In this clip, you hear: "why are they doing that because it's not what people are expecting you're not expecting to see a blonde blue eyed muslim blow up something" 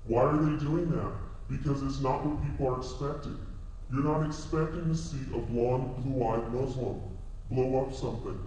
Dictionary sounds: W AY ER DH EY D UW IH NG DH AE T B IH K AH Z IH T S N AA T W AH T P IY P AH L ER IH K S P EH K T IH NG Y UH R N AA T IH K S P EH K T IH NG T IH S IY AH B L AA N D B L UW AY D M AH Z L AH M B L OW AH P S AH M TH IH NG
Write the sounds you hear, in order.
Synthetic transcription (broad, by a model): W AY ER DH EY D UW IH NG DH AE T B IH K AH Z IH T S N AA T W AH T P IY P L ER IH K S P EH K T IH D Y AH R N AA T IH K S P EH K T IH NG T IH S IY AH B L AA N B L UW AY D M AH Z L AH M B L OW AH P S AH M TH IH NG